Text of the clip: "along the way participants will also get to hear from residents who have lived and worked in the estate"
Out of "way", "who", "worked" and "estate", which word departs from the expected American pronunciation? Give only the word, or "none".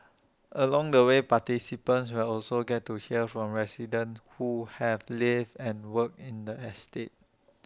worked